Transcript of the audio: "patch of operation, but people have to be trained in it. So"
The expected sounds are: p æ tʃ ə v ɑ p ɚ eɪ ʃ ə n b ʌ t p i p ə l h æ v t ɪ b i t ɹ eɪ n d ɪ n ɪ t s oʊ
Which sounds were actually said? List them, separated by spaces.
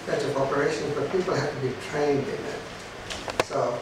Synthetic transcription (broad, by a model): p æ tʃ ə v ɑ p ɚ eɪ ʃ ə n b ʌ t p i p l h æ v t ɪ b i t ɹ eɪ n d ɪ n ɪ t s oʊ